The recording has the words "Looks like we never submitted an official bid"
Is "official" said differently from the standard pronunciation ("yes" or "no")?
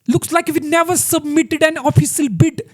yes